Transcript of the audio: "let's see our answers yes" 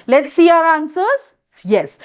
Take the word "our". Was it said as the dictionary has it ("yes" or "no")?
yes